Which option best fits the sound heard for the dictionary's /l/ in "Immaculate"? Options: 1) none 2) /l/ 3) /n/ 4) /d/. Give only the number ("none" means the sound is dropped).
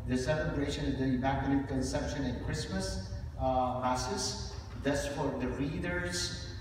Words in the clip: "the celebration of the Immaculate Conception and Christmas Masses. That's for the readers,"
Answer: 3